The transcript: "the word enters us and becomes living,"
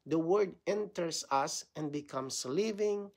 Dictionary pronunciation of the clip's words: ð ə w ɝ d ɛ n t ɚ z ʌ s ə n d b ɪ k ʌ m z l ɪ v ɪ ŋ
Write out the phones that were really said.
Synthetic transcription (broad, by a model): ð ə w ɝ d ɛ n t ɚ s ʌ s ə n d b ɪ k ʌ m s l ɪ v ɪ ŋ